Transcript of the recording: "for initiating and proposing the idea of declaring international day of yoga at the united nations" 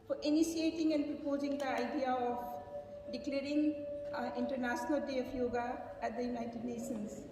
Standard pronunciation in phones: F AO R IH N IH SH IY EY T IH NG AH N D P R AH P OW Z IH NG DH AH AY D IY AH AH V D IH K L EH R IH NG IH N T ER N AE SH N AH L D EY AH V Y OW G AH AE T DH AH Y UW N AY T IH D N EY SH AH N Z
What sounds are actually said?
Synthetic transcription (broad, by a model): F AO R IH N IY S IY EY T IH NG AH N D P R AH P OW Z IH NG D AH AY D IY AH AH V D IH K L EH R IH NG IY N T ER N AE S N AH L D EY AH P Y OW G AH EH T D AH Y UW N AY T IH D N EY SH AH N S